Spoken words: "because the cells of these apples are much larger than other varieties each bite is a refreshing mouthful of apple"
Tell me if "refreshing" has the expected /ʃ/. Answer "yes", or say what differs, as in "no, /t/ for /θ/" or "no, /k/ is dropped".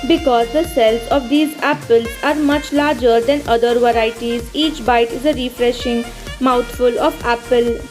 yes